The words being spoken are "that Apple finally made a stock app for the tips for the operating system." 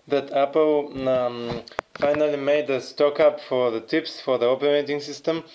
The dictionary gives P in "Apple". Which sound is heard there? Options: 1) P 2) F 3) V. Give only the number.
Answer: 1